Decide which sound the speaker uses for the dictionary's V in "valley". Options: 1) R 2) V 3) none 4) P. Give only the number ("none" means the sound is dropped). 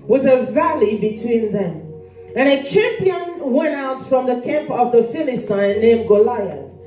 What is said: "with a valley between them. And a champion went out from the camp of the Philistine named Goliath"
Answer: 2